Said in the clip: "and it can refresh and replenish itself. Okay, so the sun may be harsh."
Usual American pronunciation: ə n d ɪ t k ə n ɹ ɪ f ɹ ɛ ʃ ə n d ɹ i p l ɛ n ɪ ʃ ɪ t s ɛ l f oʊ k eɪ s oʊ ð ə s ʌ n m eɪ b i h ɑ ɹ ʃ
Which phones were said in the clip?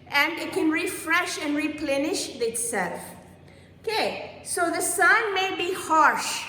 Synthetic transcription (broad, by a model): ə n d ɪ t k ə n ɹ ɪ f ɹ ɛ ʃ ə n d ɹ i p l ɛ n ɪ ʃ ɪ t s ɛ l f oʊ k eɪ s oʊ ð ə s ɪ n m eɪ b i h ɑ ɹ ʃ